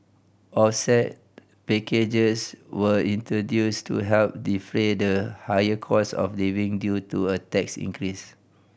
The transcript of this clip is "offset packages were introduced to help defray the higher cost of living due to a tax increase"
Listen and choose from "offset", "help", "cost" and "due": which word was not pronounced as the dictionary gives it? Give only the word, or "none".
cost